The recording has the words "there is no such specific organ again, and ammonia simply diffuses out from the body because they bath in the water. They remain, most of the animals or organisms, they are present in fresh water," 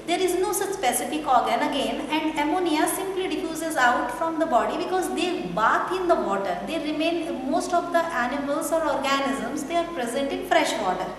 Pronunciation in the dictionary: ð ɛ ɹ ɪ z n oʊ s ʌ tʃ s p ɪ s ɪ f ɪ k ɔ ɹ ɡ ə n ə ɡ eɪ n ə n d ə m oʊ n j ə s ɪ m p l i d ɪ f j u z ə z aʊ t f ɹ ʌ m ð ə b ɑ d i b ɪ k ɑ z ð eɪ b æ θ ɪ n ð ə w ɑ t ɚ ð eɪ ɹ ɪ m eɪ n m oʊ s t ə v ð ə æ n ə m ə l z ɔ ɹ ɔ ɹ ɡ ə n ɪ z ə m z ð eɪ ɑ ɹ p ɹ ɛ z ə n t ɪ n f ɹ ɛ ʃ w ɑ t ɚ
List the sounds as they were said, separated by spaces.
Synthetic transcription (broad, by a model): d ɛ ɹ ɪ z n oʊ s ʌ tʃ s p ɪ s ɪ f ɪ k ɔ ɹ ɡ ə n ə ɡ eɪ n ə n d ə m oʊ n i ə s ɪ m p l i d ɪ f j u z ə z aʊ t f ɹ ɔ m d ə b ɑ d i b ɪ k ɑ z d eɪ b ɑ t ɪ n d ə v ɑ t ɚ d eɪ ɹ ɪ m eɪ n m oʊ s t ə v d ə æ n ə m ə l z ɔ ɹ ɔ ɹ ɡ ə n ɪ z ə m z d eɪ ɑ ɹ p ɹ ɛ z ə n t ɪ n f ɹ ɛ ʃ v ɑ t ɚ